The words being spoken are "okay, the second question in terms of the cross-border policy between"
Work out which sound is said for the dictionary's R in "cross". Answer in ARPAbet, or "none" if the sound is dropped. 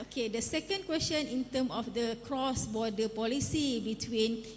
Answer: R